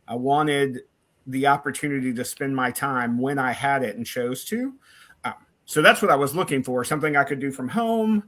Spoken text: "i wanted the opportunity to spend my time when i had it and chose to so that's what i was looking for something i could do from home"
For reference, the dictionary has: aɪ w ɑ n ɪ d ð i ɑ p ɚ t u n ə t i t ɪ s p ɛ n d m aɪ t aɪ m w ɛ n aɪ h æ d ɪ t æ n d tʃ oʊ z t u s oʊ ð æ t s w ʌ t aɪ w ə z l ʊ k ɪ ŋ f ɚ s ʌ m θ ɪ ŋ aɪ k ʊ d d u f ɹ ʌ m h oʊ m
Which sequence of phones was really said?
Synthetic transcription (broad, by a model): aɪ w ɑ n ɪ d ð i ɑ p ɚ t u n ə t i t ɪ s p ɛ n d m aɪ t aɪ m w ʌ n aɪ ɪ d ɪ t n tʃ oʊ z t u s oʊ ð æ t s w ʌ t aɪ w ə z l ʊ k ɪ ŋ f ɚ s ʌ m θ ɪ ŋ aɪ k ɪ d d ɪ f ɹ ʌ m h oʊ m